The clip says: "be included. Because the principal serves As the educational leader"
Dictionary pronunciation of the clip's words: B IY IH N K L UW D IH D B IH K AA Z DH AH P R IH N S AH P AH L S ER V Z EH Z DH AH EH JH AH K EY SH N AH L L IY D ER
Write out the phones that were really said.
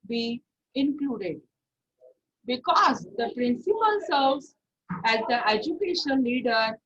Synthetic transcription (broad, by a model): B IY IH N K L UW D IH D B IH K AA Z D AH P R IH N S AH P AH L S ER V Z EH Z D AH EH JH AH K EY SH AH N L IY D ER